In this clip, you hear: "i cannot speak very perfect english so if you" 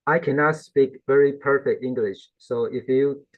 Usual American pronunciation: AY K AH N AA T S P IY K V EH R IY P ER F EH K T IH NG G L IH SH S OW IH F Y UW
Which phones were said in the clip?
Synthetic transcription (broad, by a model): AY K AH N AA T S P IY K V EH R IY P ER F EH K T IH NG G L IH SH S OW IH F Y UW